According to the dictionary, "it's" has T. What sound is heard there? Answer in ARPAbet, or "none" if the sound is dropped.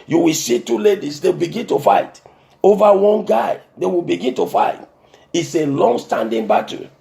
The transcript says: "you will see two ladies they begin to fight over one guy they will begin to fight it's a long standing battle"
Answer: T